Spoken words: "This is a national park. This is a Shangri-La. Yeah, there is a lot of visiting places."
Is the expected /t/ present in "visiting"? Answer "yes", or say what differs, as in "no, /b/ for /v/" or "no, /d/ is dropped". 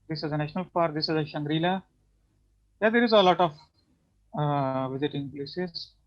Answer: yes